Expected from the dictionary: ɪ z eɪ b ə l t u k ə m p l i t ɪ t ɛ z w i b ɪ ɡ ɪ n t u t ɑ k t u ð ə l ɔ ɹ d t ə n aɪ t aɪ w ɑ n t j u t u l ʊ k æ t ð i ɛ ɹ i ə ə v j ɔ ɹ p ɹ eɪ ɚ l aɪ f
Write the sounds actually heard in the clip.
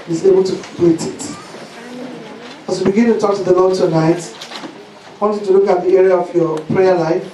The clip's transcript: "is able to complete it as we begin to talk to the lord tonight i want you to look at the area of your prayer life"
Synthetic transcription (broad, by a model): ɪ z eɪ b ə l t u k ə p i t ɪ t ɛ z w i b ɪ ɡ ɪ n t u t ɑ k t u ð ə l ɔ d t ə n aɪ t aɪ w ɑ n t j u t u l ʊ k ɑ t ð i ɛ ɹ i ə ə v j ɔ p ɹ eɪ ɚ l aɪ f